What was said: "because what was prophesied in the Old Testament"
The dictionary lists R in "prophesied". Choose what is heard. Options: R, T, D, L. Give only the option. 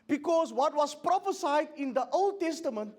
R